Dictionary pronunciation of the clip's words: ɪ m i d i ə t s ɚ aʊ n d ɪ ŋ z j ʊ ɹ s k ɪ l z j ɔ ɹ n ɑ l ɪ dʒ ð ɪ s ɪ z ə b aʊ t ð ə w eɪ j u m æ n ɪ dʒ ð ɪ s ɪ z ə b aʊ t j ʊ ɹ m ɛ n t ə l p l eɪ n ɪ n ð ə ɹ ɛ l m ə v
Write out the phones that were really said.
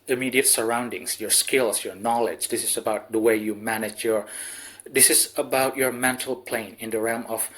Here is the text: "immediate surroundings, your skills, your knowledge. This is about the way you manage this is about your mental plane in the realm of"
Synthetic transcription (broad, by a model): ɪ m i d i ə t s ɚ aʊ n d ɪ ŋ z j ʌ ɹ s k ɪ l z j ɔ ɹ n ɑ l ɪ dʒ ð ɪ s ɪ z ə b aʊ t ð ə w eɪ j u m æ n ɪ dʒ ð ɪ s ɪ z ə b aʊ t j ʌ ɹ m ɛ n t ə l p l eɪ n ɪ n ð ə ɹ ɛ l m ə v